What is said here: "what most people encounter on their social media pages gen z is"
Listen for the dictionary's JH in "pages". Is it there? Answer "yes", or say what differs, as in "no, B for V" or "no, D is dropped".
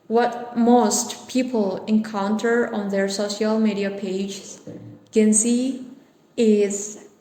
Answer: no, JH is dropped